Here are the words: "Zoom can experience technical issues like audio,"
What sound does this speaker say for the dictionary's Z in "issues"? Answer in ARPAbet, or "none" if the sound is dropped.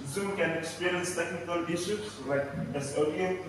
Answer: S